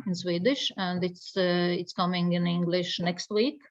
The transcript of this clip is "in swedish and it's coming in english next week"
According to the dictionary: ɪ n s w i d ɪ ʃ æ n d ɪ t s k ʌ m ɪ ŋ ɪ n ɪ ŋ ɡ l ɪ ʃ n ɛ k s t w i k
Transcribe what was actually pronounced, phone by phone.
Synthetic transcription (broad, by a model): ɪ n s w i d ɪ ʃ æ n d ɪ t s k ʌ m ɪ ŋ ɪ n ɪ ŋ ɡ l ɪ ʃ n ɛ k s t w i k